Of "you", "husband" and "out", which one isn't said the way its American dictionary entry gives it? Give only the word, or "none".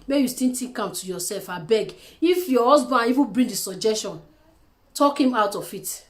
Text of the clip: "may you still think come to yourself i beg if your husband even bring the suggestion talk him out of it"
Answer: husband